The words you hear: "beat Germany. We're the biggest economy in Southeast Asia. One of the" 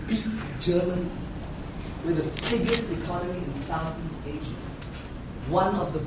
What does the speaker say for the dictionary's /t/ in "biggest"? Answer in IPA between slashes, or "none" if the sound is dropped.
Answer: /t/